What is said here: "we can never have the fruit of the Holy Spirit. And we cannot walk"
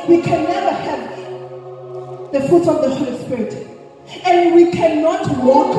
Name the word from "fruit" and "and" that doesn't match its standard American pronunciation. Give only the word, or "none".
fruit